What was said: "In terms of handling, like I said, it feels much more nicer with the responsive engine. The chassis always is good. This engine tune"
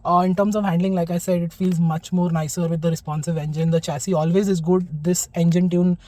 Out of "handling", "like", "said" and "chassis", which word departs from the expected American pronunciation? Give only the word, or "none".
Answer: none